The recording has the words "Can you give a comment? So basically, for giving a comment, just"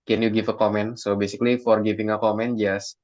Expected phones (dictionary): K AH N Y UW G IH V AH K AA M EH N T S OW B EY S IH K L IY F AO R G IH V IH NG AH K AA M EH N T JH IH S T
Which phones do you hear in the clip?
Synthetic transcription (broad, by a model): K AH N Y UW G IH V AH K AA M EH N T S OW B EY S IH K L IY F AO R G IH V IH NG AH K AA M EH N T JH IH S